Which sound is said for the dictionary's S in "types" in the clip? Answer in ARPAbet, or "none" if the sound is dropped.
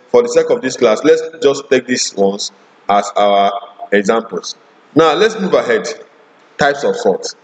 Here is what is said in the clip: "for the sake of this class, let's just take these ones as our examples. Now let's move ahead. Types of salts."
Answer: S